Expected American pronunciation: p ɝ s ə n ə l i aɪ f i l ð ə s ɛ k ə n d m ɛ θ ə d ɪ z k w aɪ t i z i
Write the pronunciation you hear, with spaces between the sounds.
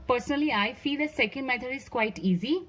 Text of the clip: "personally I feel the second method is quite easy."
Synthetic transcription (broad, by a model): p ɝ s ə n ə l i aɪ f i l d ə s ɛ k ə n d m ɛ t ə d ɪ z k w aɪ t i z i